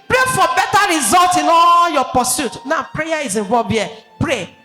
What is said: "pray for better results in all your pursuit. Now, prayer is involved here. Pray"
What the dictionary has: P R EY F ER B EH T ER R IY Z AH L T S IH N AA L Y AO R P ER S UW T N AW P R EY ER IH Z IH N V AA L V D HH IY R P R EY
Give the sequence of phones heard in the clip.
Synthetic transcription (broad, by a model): P R EY F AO B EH T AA R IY Z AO L T IH N AA L Y AO P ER S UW T N AW P R EY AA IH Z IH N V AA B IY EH P R EY